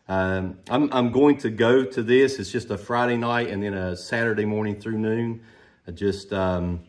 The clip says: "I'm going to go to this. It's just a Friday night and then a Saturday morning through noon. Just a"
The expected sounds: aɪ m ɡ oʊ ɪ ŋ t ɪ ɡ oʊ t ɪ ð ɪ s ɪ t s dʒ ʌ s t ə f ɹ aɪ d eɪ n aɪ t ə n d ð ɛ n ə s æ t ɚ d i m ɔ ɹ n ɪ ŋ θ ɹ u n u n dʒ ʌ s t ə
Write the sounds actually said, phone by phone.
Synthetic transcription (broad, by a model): aɪ m ɡ oʊ ɪ ŋ t ɪ ɡ oʊ t ɪ ð ɪ s ɪ t s dʒ ʌ s t ə f ɹ aɪ d eɪ n aɪ t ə n ð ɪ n ə s æ t ɚ d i m ɔ ɹ n ɪ ŋ θ ɹ u n u n dʒ ʌ s t ə